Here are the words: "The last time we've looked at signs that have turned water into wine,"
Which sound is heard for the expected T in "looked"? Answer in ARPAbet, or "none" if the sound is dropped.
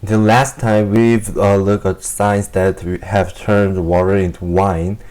none